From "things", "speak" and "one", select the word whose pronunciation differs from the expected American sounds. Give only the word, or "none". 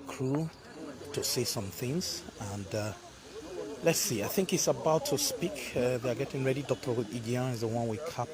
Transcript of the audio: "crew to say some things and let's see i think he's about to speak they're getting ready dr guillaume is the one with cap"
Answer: none